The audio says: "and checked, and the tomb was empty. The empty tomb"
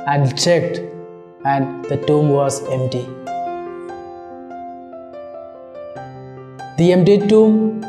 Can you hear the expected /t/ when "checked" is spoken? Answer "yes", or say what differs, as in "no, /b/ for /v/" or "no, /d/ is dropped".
yes